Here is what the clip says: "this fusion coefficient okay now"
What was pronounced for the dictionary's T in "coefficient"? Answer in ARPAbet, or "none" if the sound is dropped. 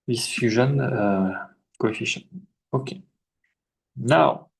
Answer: none